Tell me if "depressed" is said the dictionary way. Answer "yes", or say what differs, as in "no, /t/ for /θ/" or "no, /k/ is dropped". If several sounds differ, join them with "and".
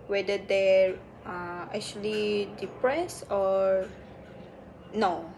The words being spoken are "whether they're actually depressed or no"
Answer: no, /t/ is dropped